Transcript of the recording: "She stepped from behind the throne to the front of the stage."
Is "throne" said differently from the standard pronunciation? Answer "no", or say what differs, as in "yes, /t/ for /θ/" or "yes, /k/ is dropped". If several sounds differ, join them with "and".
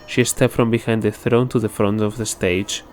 no